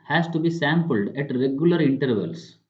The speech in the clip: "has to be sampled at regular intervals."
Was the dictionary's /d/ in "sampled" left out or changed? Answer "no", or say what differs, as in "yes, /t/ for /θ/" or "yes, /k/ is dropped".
no